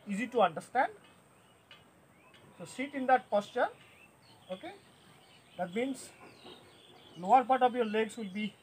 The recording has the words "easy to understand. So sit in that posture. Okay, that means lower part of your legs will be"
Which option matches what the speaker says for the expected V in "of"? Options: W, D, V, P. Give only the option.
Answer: P